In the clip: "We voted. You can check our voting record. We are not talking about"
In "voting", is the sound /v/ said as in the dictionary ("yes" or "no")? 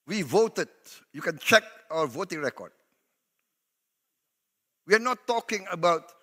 yes